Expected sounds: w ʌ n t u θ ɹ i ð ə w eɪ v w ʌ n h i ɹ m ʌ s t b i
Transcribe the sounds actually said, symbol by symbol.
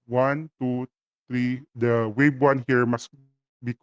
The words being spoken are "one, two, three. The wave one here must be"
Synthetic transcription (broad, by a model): w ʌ n t u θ ɹ i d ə w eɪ b w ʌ n h i ɹ m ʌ s b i